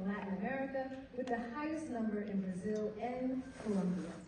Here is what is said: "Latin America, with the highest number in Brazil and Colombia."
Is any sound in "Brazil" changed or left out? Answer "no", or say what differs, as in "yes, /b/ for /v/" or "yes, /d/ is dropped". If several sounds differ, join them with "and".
no